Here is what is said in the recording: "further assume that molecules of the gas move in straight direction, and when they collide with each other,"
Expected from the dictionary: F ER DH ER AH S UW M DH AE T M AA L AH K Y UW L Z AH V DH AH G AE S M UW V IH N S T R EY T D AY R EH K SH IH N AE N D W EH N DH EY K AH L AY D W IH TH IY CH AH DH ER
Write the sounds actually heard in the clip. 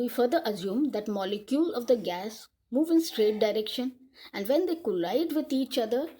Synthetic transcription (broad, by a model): F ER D ER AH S UW M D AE T M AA L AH K Y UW L AH V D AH G AE S M UW V IH N S T R EY T D AY R EH K SH IH N AE N D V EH N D EY K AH L AY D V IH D IY CH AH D ER